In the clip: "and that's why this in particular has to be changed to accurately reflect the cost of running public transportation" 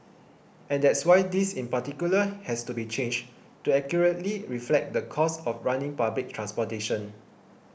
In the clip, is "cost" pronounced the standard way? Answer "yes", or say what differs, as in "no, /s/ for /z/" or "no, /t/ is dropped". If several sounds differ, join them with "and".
no, /t/ is dropped